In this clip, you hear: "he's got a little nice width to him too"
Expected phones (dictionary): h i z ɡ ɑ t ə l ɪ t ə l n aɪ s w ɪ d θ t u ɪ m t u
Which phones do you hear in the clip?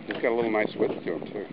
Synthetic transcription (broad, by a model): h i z ɡ ɑ t ə l ɪ t l n aɪ s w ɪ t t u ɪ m t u